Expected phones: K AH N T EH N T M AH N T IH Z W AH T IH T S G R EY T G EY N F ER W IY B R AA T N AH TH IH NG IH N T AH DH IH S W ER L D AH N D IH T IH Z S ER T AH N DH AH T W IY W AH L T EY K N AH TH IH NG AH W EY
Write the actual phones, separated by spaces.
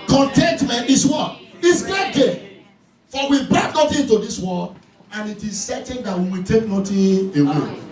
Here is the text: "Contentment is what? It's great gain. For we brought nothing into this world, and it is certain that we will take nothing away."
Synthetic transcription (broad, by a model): K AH N T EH N T M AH N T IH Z W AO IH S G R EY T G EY F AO W IY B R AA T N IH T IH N T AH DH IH S W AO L AH N IH T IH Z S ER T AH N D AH T W IY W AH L T EY K N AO T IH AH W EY